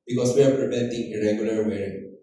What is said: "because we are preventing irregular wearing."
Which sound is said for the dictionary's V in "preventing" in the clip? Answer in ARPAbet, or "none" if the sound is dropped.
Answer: P